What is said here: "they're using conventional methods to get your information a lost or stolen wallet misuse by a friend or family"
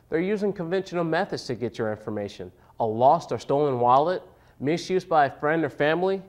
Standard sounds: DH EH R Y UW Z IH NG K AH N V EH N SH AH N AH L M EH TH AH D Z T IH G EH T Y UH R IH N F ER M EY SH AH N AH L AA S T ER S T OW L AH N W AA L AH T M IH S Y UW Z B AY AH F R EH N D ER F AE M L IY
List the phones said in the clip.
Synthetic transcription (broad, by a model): DH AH R Y UW Z IH NG K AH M V EH N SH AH N L M EH TH AH D Z T IH G EH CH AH R IH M F ER M EY SH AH N AH L AA S T ER S T OW L AH N W AA L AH T M IH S Y UW Z B AY AH F R EH N D ER F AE M L IY